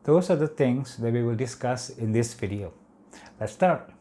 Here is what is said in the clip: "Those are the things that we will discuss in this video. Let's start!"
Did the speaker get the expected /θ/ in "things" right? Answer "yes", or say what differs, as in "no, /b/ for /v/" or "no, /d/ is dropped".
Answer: no, /t/ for /θ/